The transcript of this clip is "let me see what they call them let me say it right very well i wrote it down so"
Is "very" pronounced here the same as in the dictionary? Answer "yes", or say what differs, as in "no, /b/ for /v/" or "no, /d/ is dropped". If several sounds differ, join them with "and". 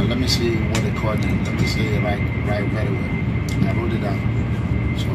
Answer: no, /w/ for /v/